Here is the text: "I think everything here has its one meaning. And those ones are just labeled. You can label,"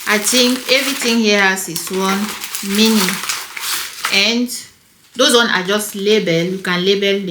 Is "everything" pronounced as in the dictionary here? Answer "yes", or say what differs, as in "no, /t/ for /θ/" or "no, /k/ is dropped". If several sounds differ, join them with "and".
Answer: no, /t/ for /θ/